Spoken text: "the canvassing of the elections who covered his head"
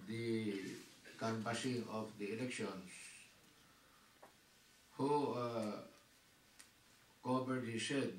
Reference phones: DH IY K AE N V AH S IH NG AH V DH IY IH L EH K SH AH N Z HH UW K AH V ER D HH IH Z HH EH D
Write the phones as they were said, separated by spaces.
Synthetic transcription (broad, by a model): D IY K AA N P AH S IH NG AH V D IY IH L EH K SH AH N S HH UW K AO B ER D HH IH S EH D